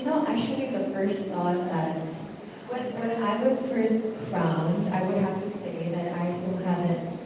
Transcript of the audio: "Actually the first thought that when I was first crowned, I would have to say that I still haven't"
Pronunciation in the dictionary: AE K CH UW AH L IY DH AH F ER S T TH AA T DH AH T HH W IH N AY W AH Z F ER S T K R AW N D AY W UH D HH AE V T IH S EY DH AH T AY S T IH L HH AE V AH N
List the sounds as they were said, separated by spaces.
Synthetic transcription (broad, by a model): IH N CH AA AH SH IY DH AH F ER S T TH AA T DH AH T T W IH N AY W AH Z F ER S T K R AW N D AY W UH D HH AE F T IH S EY DH AH T AY S T IH L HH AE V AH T